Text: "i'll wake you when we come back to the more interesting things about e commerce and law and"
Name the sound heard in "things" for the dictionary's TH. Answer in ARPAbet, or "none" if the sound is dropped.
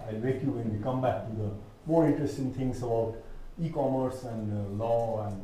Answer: T